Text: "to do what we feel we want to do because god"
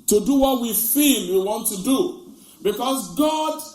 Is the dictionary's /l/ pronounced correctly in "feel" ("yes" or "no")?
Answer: no